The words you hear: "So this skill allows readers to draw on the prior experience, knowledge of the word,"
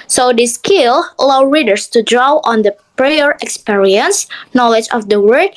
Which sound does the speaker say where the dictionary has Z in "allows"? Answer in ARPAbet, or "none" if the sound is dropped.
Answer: none